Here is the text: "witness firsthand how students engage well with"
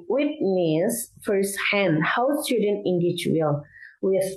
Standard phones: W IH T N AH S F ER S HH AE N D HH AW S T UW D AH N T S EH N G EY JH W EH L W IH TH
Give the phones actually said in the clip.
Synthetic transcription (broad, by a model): W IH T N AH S F ER S HH AE N D HH AW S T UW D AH N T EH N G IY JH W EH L W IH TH